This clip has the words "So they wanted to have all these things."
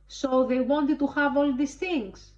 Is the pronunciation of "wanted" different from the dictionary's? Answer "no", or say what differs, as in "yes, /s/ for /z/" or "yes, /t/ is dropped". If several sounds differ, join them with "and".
no